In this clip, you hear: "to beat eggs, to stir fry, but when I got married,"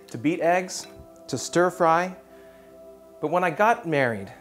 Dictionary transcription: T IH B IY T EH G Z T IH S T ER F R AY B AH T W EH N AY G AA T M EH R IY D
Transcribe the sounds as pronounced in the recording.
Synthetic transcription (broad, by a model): T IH B IY T EH G Z T IH S T ER F R AY B AH T W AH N AY G AA T M EH R IY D